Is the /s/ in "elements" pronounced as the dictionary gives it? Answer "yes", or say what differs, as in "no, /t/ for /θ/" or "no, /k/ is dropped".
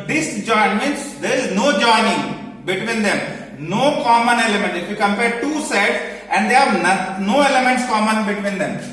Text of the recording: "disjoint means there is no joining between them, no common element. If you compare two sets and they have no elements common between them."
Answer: yes